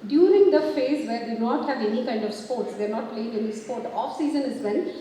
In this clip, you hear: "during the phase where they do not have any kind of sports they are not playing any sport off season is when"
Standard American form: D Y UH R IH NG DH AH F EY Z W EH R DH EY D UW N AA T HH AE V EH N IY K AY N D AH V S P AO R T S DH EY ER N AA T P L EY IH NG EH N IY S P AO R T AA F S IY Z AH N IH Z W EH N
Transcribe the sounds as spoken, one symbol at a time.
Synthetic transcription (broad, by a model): D Y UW R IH NG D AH F EY Z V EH R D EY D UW N AA T HH AE V EH N IY K AY N D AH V S P AO R T S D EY ER N AA T P L EY IH NG EH N IY S P AO R T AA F S IY Z AH N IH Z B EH N